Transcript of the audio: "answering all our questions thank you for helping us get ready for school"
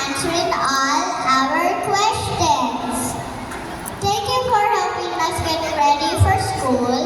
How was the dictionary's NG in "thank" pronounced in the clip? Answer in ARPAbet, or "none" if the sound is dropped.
none